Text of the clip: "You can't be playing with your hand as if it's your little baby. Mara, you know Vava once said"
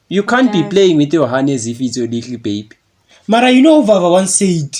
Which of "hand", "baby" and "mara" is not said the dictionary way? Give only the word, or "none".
hand